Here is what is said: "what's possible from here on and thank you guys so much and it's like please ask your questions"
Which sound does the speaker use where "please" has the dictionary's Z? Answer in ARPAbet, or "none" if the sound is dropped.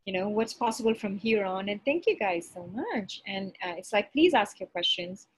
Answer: Z